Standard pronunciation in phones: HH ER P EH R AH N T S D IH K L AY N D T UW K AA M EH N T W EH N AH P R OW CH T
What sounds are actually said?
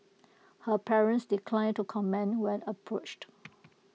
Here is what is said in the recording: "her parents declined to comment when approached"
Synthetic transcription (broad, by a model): HH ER P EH R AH N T S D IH K L AY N T UW K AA M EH N W EH N AH P R OW CH T